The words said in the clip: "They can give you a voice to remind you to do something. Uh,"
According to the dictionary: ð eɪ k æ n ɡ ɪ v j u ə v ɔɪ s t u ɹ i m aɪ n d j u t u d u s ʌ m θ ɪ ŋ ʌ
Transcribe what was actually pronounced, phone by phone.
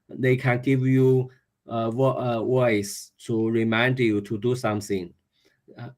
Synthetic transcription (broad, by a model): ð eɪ k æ n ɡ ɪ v j u ə w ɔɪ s t u ɹ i m aɪ n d j u t u d u s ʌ m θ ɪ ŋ